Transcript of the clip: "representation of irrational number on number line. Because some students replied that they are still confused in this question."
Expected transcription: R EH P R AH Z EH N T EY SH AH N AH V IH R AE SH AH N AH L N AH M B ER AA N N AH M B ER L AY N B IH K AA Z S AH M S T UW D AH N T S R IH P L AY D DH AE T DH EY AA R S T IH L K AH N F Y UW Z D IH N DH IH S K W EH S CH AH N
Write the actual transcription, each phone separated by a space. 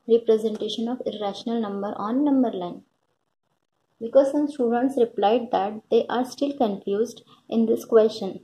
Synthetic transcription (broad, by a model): R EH P R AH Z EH N T EY SH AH N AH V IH R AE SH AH N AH L N AH M B ER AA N N AH M B ER L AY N B IH K AA Z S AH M S T UW D AH N T S R IH P L AY D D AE T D EY AA R S T IH L K AH N F Y UW Z D IH N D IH S K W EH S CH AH N